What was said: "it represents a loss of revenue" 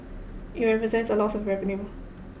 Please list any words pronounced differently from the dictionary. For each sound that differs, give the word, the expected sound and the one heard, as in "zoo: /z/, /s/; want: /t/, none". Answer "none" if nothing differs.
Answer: revenue: /v/, /p/